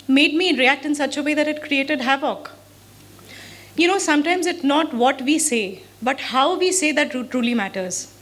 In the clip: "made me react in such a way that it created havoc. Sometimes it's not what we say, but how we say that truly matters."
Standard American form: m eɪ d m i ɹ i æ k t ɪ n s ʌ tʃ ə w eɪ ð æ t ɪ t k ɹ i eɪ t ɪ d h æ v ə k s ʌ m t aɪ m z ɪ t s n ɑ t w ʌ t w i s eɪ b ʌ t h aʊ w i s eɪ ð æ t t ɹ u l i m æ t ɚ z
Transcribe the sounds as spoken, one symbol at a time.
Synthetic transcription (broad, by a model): m eɪ d m i ɹ i æ k t ɪ n s ʌ tʃ ə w eɪ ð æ t ɪ t k ɹ i eɪ t ɪ d h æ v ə k s ʌ m t aɪ m z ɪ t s n ɑ t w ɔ t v i s eɪ b ʌ t h aʊ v i s eɪ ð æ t t ɹ u l i m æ t ɚ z